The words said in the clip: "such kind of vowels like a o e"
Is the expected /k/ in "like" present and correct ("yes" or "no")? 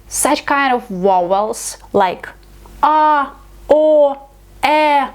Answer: yes